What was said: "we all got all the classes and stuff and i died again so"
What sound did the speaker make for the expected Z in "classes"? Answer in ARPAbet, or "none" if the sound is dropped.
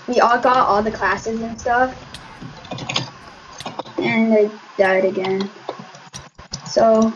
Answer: Z